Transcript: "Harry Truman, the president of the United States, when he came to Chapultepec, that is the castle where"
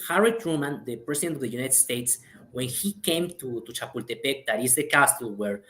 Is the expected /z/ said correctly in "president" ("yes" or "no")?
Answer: no